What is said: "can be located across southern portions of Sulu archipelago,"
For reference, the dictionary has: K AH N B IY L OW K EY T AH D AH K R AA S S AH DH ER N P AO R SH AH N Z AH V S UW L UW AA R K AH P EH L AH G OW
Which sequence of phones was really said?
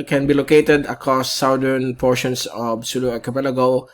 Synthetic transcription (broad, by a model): K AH N B IY L OW K EY T AH D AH K R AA S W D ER N P AO R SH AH N S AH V S UW L UW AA K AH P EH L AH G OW